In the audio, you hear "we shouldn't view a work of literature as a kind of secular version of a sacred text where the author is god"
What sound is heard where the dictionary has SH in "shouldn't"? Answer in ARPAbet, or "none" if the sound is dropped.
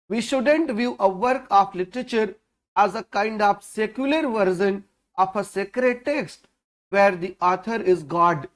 SH